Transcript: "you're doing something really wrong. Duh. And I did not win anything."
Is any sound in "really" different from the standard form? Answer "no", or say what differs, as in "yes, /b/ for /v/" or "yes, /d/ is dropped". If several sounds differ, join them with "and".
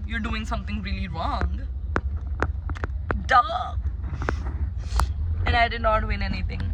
no